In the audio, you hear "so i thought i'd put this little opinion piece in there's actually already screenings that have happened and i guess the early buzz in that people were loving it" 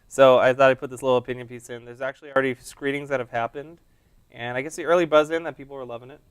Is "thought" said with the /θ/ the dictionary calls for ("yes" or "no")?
yes